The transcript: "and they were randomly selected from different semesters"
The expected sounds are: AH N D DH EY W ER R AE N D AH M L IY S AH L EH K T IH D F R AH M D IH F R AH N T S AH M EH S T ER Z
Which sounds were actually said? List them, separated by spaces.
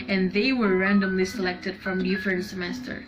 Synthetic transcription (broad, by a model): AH N DH EY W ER R AE N D AH M L IY S AH L EH K T IH D F R AH M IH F AH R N S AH M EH S T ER